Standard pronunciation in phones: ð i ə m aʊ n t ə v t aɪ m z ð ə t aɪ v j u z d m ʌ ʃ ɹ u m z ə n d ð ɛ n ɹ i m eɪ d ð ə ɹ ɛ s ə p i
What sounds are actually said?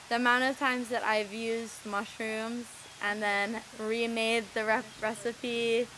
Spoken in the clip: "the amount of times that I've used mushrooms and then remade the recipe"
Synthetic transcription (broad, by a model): ð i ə m aʊ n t ə v t aɪ m z ð ə t aɪ v j u z m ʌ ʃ ɹ u m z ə n ð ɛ n ɹ i m eɪ d ð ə ɹ ɛ s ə p i